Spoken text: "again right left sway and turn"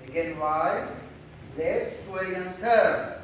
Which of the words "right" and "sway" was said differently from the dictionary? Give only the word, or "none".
right